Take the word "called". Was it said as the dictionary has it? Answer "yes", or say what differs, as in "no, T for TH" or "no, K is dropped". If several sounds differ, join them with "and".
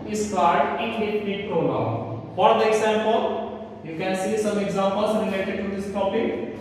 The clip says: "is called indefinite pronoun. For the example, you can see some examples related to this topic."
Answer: no, L is dropped